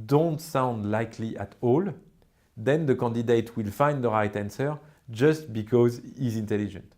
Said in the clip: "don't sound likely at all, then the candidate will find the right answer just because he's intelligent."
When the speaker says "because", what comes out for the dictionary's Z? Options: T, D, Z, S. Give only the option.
Z